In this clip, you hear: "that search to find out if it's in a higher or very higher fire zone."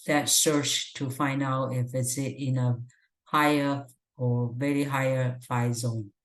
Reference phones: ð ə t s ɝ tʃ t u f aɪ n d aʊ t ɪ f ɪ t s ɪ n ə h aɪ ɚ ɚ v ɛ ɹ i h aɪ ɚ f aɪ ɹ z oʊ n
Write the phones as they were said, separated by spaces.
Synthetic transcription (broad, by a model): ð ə t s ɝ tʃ t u f aɪ n d aʊ t ɪ f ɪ t s ɪ n ə h aɪ ɚ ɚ v ɛ ɹ i h aɪ ɚ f aɪ z oʊ n